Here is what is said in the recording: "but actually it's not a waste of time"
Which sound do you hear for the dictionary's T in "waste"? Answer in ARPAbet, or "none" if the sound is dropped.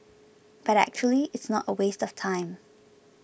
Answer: T